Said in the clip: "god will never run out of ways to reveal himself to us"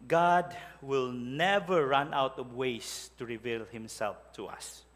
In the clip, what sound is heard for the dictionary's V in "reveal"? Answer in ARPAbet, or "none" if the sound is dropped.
V